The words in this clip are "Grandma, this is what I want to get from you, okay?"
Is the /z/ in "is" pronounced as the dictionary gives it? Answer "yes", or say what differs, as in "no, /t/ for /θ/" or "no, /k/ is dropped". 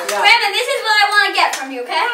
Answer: yes